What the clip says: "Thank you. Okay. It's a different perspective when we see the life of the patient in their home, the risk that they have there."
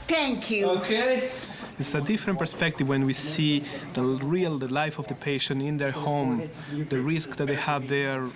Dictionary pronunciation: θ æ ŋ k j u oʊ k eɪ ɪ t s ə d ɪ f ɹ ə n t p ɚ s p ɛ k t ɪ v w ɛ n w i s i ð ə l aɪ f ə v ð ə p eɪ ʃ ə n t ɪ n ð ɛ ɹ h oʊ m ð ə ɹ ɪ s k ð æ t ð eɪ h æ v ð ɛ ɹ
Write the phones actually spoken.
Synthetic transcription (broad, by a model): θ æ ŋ k j u oʊ k eɪ ɪ t s ə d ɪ f ɹ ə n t p ɚ s p ɛ k t ɪ v w ɛ n w i s i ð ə l aɪ f ə v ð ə p eɪ ʃ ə n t ɪ n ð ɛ ɹ h oʊ m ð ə ɹ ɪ s k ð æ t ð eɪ h æ v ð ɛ ɹ